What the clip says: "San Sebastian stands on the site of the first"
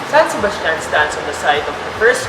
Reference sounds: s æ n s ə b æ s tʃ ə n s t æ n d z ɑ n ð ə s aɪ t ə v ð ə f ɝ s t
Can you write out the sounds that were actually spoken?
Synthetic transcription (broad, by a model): s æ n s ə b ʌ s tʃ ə n s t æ n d s ɑ n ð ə s aɪ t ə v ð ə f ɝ s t